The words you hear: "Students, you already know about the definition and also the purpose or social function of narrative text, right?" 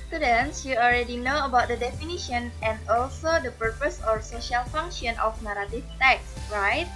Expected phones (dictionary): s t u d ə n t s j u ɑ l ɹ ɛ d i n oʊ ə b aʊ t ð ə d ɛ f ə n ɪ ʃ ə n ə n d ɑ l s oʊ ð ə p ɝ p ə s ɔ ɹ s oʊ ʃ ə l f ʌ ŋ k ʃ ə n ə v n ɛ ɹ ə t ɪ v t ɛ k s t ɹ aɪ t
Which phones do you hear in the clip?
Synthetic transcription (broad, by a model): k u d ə n s j u ɑ l ɹ ɛ d i n oʊ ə b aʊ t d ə d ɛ f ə n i ʃ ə n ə n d ɑ l s oʊ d ə p ɝ p ə s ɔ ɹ s oʊ ʃ ə l f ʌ ŋ k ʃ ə n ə f n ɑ ɹ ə t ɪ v t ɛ k s ɹ aɪ t